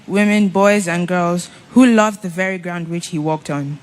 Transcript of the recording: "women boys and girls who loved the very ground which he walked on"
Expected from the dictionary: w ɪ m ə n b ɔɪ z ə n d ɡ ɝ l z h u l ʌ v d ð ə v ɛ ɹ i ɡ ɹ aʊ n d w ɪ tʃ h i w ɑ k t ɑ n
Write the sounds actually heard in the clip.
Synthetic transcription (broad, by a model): w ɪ m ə n b ɔɪ z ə n ɡ ɝ l z h u l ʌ v ð ə v ɛ ɹ i ɡ ɹ aʊ n d w ɪ tʃ h i w ɑ k t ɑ n